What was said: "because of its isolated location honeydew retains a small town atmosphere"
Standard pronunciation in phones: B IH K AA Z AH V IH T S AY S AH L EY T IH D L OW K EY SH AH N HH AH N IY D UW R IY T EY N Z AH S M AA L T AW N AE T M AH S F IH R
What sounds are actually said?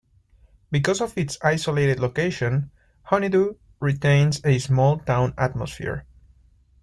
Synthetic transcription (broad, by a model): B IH K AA S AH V IH T S AY S AH L EY T IH D L OW K EY SH AH N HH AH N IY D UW R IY T EY N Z AH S M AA L T AW N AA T M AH S F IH R